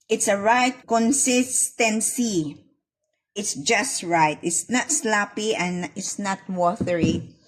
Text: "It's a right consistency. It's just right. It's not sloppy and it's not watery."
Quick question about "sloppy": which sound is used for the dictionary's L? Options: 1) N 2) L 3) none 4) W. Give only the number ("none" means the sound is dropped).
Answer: 2